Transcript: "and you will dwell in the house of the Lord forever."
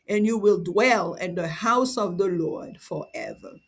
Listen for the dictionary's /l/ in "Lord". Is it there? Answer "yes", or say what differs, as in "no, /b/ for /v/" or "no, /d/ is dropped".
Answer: yes